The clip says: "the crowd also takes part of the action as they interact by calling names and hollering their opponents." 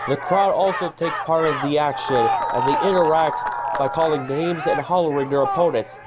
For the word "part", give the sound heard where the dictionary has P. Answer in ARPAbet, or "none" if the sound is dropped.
P